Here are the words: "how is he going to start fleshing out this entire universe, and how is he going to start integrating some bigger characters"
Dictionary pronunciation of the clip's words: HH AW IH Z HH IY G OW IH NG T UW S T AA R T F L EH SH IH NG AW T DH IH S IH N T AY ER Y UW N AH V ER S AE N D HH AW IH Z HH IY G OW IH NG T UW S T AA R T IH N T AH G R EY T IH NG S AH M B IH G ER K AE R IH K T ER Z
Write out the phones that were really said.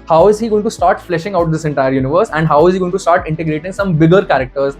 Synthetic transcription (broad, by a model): HH AW IH Z HH IY G OW IH NG T UW S T AA R T F L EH SH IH NG AW T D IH S IH N T AY ER Y UW N AH V ER S AE N D HH AW IH Z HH IY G OW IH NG T UW S T AA R T IH N T AH G R EY T IH NG S AH M B IH G ER K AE R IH K T ER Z